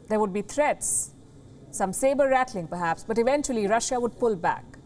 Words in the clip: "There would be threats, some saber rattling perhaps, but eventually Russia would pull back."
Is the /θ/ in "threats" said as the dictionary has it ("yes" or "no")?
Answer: no